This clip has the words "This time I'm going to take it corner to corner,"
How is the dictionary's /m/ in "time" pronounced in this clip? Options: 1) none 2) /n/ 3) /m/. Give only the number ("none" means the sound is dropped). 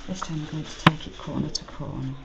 1